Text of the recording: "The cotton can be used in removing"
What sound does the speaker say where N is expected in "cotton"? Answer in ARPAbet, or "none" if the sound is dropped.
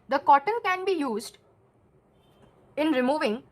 N